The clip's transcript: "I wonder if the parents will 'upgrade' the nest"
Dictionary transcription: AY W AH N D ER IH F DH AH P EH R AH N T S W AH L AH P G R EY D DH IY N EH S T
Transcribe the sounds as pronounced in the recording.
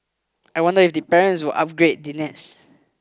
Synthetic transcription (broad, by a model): AY W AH N D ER IH F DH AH P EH R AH N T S W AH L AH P G R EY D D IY N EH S